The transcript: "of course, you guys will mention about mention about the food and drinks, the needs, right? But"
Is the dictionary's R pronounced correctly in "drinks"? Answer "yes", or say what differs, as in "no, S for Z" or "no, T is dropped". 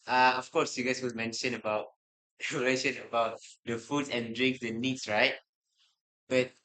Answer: yes